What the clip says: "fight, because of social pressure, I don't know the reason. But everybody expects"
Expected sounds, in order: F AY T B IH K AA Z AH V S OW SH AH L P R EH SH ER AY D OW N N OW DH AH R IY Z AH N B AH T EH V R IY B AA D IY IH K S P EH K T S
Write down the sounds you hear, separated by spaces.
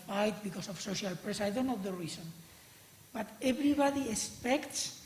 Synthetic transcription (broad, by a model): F AY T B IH K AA S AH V S OW SH AH L P R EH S AY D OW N N OW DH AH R IY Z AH N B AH T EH B R IY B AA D IY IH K S P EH K T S